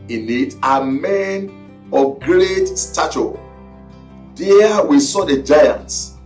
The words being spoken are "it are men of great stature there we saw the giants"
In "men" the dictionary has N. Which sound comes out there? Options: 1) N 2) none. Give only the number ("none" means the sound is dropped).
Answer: 1